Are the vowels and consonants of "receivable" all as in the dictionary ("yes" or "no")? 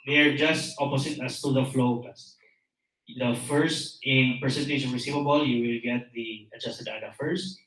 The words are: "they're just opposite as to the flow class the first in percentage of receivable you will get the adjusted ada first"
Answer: yes